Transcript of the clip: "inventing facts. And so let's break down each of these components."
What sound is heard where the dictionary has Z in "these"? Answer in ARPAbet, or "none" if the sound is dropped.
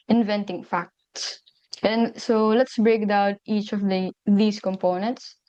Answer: S